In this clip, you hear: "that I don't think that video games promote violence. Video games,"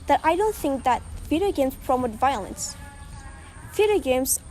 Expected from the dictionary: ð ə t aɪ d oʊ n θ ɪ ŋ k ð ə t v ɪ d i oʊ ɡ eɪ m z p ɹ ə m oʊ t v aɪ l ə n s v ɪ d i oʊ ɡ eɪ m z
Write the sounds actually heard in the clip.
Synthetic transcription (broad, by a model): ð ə t aɪ d oʊ n θ ɪ ŋ k ð ə t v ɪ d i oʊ ɡ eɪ m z p ɹ ə m oʊ t v aɪ l ə n s f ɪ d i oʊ ɡ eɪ m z